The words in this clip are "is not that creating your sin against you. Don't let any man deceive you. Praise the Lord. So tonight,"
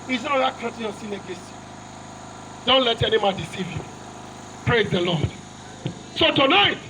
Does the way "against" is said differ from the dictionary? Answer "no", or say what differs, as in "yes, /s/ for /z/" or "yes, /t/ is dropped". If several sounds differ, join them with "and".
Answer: yes, /n/ is dropped